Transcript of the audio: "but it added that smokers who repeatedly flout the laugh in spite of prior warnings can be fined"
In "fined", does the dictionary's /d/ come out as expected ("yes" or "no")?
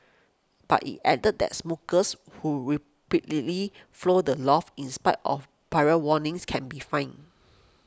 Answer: no